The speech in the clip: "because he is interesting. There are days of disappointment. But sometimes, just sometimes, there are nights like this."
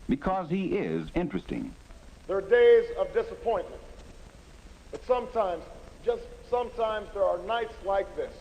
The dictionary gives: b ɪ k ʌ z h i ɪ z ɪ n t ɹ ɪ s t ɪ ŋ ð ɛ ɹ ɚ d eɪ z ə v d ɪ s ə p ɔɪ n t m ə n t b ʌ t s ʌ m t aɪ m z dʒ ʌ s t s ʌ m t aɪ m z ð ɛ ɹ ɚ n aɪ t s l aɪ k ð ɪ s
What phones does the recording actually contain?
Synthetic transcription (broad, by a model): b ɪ k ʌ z h i ɪ z ɪ n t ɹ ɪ s t ɪ ŋ ð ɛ ɹ d eɪ z ə v d ɪ s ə p ɔɪ n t m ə n t b ʌ t s ʌ m t aɪ m z dʒ ʌ s t s ʌ m t aɪ m z ð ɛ ɹ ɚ n aɪ t s l aɪ k ð ɪ s